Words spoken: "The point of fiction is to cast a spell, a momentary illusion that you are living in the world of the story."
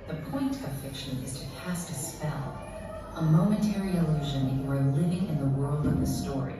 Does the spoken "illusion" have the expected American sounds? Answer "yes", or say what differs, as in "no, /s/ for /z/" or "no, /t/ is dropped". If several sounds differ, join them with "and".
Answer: yes